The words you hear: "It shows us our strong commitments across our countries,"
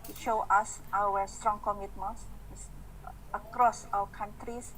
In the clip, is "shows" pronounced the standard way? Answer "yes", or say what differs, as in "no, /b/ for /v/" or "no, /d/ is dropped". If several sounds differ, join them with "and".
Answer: no, /z/ is dropped